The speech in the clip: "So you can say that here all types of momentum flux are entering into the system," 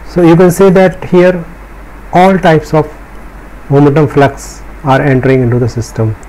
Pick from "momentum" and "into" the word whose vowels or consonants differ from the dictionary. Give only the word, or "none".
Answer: momentum